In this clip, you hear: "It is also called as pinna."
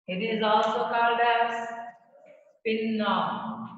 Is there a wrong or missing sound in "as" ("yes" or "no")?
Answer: yes